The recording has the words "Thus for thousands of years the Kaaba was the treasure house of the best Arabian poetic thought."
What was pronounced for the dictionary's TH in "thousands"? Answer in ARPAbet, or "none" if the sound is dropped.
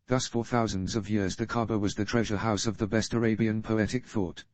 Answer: TH